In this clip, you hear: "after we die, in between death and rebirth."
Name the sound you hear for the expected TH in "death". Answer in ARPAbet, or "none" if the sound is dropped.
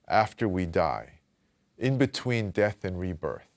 TH